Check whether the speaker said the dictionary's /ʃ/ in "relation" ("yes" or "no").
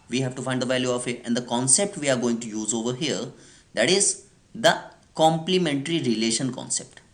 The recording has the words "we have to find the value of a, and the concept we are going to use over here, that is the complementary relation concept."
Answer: yes